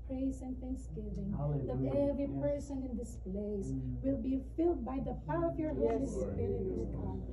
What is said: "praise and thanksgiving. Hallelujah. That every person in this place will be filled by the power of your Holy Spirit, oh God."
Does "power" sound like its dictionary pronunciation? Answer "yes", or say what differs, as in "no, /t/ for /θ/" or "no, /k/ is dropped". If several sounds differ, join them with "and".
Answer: no, /f/ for /p/